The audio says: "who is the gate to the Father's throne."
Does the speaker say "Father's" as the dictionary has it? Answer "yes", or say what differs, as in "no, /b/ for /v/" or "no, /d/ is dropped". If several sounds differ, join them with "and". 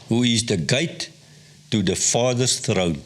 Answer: no, /s/ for /z/